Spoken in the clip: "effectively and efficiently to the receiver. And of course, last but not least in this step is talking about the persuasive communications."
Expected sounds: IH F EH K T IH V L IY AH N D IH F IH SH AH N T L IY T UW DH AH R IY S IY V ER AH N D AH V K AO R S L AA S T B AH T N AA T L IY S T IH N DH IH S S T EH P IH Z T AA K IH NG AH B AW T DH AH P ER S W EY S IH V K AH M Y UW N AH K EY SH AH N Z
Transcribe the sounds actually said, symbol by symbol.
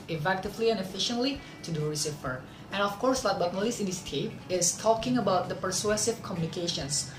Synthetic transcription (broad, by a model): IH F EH K T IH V L IY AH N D IH F IH SH AH N T L IY T UW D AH R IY S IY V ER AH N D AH F K AO R S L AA T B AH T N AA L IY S IH N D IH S S T EH P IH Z T AA K IH NG AH B AW T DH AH P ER S W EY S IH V K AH M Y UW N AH K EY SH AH N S